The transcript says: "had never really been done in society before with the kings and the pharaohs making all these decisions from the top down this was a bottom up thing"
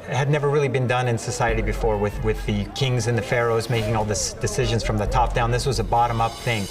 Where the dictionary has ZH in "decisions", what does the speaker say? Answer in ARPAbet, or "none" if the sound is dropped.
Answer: ZH